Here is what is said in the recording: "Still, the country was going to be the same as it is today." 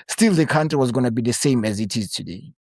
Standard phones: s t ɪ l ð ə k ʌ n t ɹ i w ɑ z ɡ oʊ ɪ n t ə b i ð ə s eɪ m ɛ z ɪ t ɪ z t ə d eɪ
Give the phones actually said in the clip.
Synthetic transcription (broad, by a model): s t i l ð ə k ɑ n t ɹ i w ɑ z ɡ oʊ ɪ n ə b i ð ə s eɪ m ɛ z ɪ t ɪ z t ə d eɪ